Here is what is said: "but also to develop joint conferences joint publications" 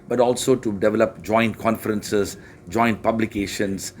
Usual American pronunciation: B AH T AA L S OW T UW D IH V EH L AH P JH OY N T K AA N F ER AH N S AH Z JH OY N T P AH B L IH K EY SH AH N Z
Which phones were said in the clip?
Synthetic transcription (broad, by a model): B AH T AA L S OW T UW D IH V EH L AH P JH OY N T K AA N F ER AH N S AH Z JH OY N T P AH B L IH K EY SH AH N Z